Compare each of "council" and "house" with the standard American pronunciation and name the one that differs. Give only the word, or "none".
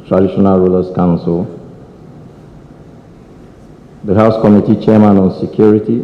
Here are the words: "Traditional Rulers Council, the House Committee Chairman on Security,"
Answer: none